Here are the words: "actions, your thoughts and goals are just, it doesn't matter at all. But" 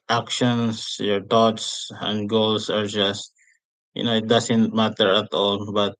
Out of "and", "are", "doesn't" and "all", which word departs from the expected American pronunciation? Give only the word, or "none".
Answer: doesn't